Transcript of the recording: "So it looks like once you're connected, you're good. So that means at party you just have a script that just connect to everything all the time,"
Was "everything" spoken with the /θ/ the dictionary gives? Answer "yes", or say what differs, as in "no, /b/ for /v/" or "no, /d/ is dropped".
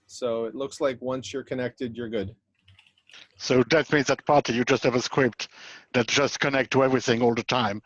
yes